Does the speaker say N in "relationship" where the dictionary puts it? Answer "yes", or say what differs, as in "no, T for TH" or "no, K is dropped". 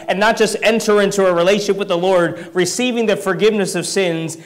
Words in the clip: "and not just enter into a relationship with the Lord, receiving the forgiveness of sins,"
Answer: no, N is dropped